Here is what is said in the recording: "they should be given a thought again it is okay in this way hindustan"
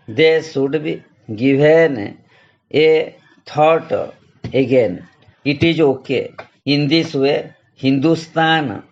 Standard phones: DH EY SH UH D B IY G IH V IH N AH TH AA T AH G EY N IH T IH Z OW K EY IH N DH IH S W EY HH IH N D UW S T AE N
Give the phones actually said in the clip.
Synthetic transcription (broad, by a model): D EY S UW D B IY G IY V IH N AH T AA T AH G EY N IH T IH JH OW K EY IH N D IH S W EY HH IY N D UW S T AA N